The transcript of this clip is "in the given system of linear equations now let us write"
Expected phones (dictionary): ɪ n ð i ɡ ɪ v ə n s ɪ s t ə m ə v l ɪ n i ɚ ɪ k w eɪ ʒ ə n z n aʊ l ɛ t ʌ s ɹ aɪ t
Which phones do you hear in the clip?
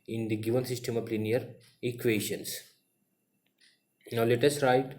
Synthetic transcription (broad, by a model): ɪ n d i ɡ ɪ v ə n s ɪ s t ə m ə p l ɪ n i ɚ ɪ k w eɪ ʃ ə n s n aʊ l ɛ t ʌ s ɹ aɪ t